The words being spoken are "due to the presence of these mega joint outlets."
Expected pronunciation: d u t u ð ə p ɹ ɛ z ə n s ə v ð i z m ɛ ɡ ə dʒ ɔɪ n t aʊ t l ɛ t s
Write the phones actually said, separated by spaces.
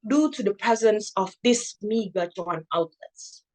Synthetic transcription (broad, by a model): d u t u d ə p ɹ ɛ z ə n s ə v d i s m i ɡ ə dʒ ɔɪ n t aʊ t l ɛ t s